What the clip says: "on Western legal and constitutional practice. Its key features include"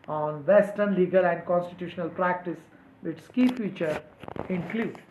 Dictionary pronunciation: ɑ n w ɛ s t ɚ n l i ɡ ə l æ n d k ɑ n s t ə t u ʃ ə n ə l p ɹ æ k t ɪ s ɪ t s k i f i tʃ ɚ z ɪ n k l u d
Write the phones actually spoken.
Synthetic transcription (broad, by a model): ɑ n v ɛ s t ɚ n l i ɡ ə l æ n d k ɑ n s t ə t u ʃ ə n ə l p ɹ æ k t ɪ s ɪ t s k i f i tʃ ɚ ɪ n k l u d